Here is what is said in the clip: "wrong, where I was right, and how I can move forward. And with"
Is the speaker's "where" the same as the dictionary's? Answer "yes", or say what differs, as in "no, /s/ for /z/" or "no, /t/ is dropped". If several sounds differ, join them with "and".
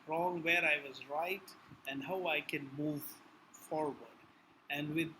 yes